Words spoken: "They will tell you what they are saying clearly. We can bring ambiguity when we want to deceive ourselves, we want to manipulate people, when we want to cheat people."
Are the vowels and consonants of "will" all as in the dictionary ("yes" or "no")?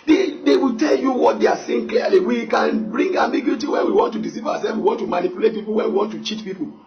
no